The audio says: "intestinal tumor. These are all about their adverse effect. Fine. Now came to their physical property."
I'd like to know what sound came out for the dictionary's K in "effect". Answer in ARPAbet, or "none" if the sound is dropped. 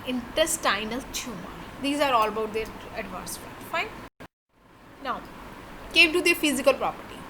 none